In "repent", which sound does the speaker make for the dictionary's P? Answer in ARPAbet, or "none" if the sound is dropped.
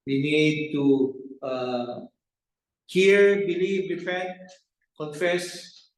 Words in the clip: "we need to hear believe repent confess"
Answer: F